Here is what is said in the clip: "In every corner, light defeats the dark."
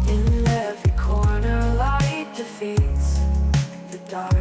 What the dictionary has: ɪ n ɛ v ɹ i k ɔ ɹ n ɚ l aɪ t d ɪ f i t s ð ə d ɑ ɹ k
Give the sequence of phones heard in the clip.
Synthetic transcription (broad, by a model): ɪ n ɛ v i k ɔ ɹ n ɚ l aɪ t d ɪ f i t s ð ə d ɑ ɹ